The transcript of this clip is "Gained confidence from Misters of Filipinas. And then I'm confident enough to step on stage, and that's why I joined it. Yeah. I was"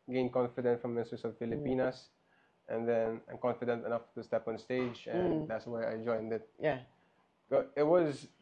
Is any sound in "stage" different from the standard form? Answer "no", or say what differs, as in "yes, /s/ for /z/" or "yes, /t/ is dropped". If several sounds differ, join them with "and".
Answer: no